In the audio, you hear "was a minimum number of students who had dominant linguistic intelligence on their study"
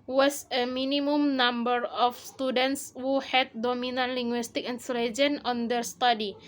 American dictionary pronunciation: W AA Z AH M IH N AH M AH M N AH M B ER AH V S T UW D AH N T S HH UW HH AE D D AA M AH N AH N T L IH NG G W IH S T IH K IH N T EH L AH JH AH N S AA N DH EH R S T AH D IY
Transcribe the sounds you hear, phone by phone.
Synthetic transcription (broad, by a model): W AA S AH M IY N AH M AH M N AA M B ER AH F S T UW D AH N T S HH UW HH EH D D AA M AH N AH N L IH NG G W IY S T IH K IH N S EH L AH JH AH N AA N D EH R S T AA D IY